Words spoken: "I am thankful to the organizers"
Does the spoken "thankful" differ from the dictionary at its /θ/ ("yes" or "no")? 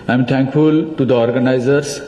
yes